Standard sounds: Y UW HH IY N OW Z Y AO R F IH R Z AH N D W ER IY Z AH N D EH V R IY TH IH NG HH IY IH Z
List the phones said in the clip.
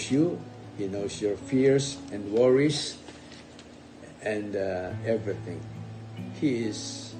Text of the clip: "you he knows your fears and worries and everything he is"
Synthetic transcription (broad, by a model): Y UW HH IY N OW S Y AO R F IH R S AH N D W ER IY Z AH N D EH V R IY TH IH NG HH IY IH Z